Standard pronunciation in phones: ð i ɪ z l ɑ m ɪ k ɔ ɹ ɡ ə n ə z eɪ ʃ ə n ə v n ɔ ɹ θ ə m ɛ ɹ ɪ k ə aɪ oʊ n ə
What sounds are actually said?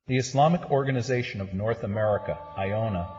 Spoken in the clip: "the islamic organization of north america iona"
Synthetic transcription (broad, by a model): ð i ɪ s l ɑ m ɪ k ɔ ɹ ɡ ə n ə z eɪ ʃ ə n ə v n ɔ ɹ θ ə m ɛ ɹ ɪ k ə aɪ oʊ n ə